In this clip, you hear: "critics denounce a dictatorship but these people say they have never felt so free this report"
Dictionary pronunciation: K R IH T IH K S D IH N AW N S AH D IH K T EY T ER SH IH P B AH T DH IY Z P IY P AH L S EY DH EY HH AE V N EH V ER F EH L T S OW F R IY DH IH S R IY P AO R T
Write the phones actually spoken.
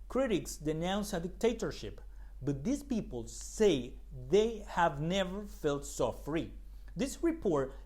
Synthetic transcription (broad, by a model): K R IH T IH K S D IH N AW N S AH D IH K T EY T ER SH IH P B AH T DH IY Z P IY P AH L S EY DH EY HH AE V N EH V ER F EH L T S OW F R IY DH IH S R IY P AO R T